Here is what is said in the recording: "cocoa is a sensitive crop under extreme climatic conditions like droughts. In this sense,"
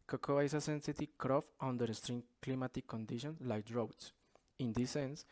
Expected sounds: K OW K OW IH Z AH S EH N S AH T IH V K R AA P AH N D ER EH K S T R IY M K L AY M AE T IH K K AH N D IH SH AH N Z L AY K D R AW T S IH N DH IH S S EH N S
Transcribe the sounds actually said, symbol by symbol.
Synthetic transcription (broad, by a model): K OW K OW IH S AH S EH N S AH T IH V K R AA F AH N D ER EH S T R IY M K L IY M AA T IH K K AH N D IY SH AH N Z L AY K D R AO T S IH N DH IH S S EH N S